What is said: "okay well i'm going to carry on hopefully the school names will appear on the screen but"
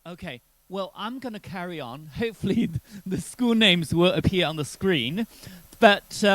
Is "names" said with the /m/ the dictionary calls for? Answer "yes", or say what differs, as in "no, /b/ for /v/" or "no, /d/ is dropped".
yes